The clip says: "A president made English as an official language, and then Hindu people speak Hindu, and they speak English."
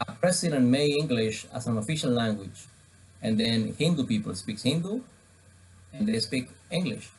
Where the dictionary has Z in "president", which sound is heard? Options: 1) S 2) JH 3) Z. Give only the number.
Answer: 1